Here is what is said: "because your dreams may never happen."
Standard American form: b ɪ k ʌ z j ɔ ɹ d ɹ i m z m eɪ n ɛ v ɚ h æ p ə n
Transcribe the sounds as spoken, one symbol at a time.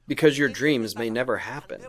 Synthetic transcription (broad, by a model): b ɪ k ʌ z j ɔ ɹ d ɹ i m z m eɪ n ɛ v ɚ h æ p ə n